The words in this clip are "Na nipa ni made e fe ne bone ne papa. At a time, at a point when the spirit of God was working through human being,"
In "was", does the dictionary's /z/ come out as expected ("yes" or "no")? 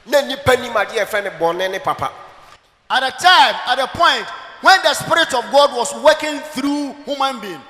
no